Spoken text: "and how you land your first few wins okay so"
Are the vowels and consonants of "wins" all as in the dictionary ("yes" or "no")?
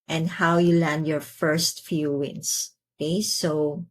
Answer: no